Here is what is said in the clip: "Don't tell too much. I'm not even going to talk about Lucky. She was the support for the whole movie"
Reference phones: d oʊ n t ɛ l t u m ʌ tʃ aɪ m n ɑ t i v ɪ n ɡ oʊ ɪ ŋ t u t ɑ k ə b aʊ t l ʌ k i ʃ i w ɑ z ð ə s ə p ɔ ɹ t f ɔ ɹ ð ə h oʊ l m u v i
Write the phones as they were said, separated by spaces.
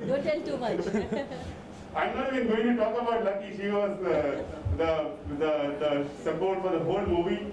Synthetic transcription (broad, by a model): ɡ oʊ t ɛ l t u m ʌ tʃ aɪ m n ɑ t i b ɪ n ɡ oʊ ɪ ŋ t u t ɑ k ə b aʊ t l ʌ k i ʃ i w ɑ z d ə s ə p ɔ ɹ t f ɔ ɹ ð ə h oʊ l m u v i